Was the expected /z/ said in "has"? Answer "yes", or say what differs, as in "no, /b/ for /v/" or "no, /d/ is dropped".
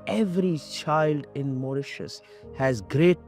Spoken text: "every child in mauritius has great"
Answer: yes